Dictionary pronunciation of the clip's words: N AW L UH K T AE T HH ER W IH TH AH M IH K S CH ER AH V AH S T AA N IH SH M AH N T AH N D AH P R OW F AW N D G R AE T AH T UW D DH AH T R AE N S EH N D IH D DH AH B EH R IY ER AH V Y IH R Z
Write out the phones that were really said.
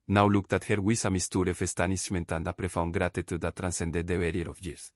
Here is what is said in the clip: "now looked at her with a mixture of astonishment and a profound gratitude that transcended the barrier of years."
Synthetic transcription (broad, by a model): N AW L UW K T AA T HH ER W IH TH AH M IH S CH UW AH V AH S T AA N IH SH M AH N T AH N D AH P R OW F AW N G R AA T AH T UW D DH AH T R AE N S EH N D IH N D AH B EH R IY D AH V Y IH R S